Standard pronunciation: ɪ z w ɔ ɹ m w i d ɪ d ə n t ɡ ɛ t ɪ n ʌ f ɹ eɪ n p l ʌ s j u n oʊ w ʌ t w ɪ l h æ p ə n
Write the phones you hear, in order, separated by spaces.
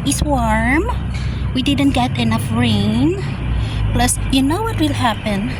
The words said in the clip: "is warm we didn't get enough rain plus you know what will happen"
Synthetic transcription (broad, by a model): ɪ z w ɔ ɹ m w i d ɪ d ə n t ɡ ɛ t ɪ n ʌ f ɹ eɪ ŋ p l ʌ s j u n oʊ w ʌ t w ɪ l h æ p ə n